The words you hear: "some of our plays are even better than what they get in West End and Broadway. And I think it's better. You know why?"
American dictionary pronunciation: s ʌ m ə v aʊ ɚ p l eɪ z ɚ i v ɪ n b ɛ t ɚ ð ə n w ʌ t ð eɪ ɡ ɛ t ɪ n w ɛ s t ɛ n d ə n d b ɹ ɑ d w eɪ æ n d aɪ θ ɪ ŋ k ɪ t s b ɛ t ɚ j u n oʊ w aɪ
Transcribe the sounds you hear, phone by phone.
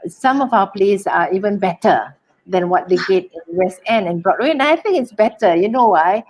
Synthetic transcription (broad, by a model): s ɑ m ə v aʊ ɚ p l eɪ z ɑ i v ɪ n b ɛ t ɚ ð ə n w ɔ t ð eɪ ɡ ɛ t ɪ n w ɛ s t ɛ n ə n b ɹ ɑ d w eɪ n aɪ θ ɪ ŋ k ɪ t s b ɛ t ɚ j u n oʊ w aɪ